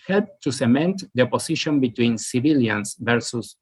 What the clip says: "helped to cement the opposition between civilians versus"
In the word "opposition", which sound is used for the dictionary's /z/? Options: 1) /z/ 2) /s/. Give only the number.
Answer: 2